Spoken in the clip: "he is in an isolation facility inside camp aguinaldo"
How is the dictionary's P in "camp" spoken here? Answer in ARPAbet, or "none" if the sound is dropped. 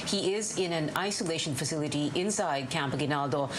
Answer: P